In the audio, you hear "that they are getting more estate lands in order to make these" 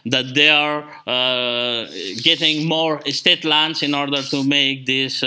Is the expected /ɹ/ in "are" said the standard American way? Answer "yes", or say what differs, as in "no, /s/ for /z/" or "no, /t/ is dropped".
yes